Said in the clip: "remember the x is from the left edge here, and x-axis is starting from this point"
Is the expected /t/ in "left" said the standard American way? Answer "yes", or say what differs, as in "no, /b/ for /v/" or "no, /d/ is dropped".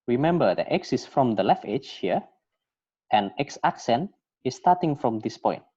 no, /t/ is dropped